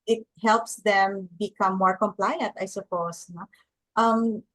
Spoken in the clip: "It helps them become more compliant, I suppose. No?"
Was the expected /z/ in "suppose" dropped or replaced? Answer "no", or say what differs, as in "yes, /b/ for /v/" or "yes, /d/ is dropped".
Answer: yes, /s/ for /z/